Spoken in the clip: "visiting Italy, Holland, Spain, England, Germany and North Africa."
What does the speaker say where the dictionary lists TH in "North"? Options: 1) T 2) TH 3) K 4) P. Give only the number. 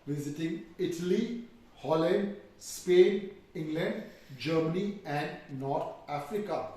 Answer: 1